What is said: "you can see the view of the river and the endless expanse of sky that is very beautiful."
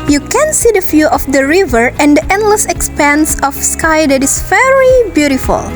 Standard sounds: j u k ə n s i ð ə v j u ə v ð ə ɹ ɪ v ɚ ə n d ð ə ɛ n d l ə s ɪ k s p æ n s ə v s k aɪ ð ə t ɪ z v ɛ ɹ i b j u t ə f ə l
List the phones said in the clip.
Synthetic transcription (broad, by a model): j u k ə n s i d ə f j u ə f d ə ɹ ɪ v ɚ ə n d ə ɛ n d l ə s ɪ k s p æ n s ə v s k aɪ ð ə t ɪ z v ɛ ɹ i b j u t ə f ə l